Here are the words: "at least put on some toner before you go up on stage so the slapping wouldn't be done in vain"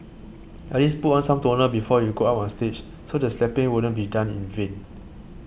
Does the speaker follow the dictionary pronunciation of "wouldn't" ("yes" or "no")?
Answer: no